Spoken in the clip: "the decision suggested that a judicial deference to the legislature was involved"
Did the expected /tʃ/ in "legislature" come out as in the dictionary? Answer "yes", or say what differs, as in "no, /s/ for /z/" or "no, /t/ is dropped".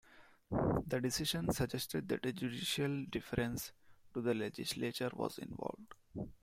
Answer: yes